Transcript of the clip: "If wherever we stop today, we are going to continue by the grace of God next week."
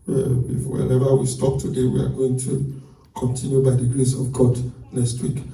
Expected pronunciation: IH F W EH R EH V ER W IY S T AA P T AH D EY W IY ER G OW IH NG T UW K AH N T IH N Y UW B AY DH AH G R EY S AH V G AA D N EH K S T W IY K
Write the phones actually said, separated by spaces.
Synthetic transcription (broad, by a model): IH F W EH L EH V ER W IY S T AA P T AH D EY W IY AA G OW IH NG T UW K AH N T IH N Y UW B AY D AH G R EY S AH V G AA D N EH S T W IY K